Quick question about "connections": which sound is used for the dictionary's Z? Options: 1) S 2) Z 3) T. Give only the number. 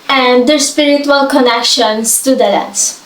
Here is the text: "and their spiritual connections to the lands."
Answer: 1